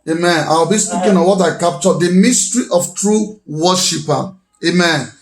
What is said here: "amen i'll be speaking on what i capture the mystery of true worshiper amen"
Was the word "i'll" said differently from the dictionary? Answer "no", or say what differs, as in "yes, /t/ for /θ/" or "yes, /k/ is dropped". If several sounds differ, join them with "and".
yes, /w/ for /l/